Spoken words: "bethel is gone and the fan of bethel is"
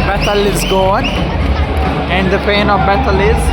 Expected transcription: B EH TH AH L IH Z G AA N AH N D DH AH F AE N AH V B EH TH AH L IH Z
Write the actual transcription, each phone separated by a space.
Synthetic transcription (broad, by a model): B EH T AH L IH Z G AA N AH N D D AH P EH N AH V B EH T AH L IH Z